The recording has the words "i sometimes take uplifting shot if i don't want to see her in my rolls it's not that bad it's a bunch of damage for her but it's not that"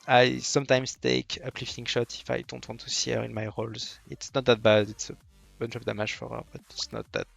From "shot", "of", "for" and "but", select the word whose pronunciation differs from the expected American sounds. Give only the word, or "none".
of